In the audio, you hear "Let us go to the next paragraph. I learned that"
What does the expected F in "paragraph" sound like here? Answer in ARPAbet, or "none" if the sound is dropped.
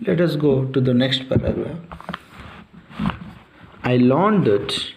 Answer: none